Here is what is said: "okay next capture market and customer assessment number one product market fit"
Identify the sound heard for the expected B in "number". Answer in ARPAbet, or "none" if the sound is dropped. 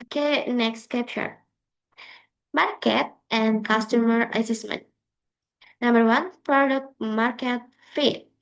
B